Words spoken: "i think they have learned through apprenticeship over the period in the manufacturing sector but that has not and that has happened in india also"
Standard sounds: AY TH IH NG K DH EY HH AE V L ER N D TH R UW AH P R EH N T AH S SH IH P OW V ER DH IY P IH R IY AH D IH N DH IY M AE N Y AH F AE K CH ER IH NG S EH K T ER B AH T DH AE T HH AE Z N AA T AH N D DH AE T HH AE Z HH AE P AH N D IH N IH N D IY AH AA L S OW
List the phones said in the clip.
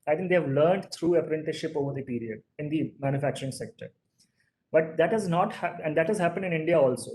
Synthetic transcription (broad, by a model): AY T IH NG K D EY HH AE V L ER N D T R UW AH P R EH N T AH SH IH P OW V ER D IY P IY R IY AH D IH N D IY M AE N Y AH F AE K CH ER IH NG S EH K T ER B AH T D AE T HH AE Z N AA T AH N D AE T HH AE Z HH AE P AH N D IH N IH N D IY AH AA L S OW